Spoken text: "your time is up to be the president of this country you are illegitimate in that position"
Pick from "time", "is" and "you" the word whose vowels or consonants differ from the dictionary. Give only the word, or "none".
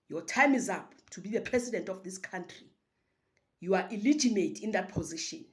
none